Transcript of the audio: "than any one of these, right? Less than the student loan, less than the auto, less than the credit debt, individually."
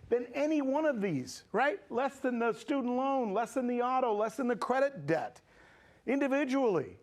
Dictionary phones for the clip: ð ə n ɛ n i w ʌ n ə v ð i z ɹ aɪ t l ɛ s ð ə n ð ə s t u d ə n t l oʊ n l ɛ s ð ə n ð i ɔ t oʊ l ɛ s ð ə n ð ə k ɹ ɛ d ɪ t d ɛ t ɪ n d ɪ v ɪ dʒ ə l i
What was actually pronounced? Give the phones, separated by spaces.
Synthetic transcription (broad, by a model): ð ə n ɛ n i w ʌ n ə v ð i z ɹ aɪ t l ɛ s ð ə n ð ə s t u d n t l oʊ n l ɛ s ð ə n ð i ɔ t oʊ l ɛ s ð ə n ð ə k ɹ ɛ d ɪ t d ɛ t ɪ n d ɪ v ɪ dʒ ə l i